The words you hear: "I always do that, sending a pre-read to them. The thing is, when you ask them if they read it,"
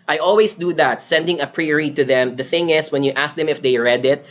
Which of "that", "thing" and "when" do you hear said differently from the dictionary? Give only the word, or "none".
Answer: none